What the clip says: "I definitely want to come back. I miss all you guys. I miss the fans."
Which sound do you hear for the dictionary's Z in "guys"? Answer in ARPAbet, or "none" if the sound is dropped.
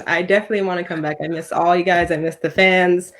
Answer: Z